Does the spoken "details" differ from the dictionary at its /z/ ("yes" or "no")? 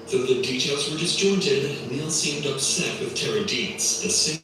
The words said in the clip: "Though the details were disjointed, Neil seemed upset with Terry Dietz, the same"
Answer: no